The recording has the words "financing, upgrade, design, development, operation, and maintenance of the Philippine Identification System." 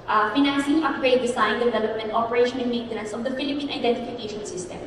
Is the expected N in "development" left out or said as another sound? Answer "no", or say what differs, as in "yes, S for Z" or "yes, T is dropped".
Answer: no